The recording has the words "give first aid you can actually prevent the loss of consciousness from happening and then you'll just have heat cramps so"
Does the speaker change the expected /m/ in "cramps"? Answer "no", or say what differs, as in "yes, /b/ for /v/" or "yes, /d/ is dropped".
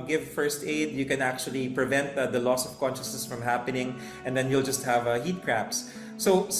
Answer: yes, /m/ is dropped